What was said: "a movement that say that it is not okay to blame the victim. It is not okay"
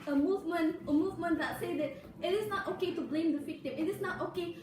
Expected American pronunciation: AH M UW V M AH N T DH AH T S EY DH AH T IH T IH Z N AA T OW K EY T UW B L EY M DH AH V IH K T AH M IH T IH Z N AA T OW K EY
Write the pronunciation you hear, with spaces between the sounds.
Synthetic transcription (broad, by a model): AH M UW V M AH N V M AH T S EY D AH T IH T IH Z N AA T OW K EY T UW B L EY M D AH F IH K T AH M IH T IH S N AA T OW K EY